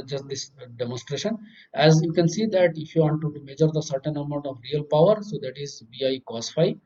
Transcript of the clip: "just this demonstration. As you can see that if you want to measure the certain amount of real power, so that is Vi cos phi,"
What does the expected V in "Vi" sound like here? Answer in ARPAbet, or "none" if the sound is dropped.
B